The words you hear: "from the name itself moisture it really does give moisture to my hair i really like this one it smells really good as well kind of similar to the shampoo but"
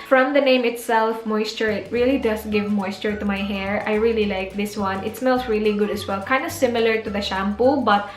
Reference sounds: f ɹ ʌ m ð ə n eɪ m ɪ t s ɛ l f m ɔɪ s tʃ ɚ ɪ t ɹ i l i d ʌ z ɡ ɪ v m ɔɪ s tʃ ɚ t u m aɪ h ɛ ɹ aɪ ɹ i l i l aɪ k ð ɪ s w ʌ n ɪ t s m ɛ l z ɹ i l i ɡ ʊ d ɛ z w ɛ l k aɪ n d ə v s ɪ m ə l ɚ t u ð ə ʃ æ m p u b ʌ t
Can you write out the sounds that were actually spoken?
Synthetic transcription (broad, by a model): f ɹ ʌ m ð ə n eɪ m ɪ t s ɛ l f m ɔɪ s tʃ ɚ ɪ t ɹ i l i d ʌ s ɡ ɪ v m ɔɪ s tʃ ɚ t u m aɪ h ɛ ɹ aɪ ɹ i l i l aɪ k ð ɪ s w ʌ n ɪ t s m ɛ l s ɹ i l i ɡ ʊ d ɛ s w ɛ l k aɪ n d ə s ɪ m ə l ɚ t u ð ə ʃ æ m p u b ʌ t